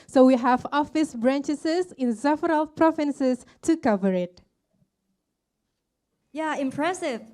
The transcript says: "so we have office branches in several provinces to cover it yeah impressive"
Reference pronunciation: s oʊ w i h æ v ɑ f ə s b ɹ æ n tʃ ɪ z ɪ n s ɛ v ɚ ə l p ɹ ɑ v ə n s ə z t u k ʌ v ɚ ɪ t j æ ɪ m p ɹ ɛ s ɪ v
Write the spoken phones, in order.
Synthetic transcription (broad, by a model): s oʊ w i h æ v ɑ f ə s b ɹ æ n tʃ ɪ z ɪ n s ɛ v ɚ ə l p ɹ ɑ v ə n s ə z t u k ʌ v ɚ ɪ t j æ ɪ m p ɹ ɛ s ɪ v